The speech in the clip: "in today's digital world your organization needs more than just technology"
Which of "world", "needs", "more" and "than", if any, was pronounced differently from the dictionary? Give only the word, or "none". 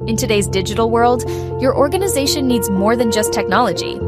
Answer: none